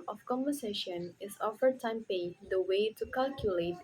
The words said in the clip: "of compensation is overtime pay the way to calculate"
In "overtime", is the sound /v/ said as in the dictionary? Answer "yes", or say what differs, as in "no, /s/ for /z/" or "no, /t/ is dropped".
no, /f/ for /v/